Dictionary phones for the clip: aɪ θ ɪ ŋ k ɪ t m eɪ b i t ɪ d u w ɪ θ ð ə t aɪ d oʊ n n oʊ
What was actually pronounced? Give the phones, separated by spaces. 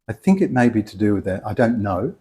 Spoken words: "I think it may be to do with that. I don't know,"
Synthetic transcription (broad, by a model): aɪ θ ɪ ŋ k ɪ t m eɪ b i t ɪ d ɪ w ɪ ð ə t aɪ d oʊ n n oʊ